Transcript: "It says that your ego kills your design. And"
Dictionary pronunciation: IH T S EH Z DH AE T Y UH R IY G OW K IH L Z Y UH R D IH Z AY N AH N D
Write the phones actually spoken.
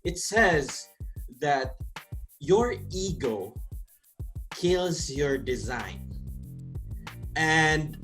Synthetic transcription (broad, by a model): IH T S EH Z DH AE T Y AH R IY G OW K IH L Z Y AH R D IH Z AY N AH N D